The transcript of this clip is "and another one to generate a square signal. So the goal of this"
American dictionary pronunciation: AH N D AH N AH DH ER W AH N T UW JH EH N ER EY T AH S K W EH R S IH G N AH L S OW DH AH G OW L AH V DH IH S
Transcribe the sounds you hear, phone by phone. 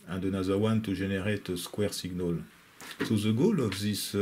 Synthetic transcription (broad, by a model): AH D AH N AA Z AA W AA N T UW ZH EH N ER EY T AH S K W EH R S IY G N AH L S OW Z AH G OW L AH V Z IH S